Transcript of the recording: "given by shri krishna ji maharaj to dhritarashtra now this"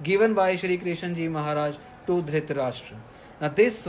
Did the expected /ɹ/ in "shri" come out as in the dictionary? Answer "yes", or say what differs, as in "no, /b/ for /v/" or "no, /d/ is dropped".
yes